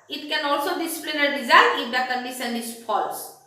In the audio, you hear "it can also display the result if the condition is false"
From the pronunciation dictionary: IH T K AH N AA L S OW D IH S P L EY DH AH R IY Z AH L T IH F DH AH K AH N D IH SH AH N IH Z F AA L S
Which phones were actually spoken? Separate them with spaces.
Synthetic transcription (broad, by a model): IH T K AH N AA L S OW D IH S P L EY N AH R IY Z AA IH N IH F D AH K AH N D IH S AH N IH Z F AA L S